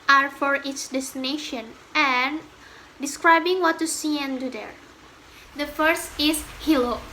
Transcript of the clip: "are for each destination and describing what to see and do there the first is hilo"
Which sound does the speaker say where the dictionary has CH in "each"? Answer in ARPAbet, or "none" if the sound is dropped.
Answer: S